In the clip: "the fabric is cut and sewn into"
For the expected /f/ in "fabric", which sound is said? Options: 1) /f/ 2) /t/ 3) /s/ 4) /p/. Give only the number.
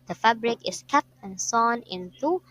1